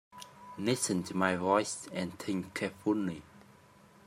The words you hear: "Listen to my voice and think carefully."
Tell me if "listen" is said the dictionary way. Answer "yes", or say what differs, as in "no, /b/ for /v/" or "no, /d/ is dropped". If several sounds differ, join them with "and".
no, /n/ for /l/